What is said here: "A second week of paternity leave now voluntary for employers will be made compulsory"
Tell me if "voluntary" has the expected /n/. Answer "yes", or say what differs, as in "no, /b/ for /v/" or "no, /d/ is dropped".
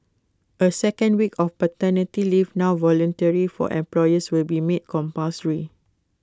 yes